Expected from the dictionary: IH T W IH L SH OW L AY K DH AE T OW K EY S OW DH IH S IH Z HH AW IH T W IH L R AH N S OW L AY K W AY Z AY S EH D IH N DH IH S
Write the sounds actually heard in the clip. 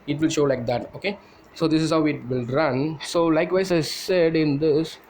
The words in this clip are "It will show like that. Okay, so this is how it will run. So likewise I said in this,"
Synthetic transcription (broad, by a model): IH T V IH L SH OW L AY K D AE T OW K EY S OW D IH S IH Z HH AW IH T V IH L R AH N S OW L AY K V AY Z AY S EH D IH N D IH S